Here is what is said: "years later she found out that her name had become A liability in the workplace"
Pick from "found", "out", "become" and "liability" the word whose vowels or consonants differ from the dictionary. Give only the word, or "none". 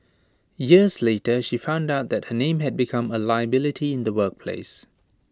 none